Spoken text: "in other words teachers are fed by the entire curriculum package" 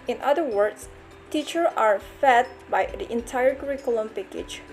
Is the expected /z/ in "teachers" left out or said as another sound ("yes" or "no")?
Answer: yes